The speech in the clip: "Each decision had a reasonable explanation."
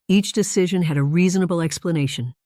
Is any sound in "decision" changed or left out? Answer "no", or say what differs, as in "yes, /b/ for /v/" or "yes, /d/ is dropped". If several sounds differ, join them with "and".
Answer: no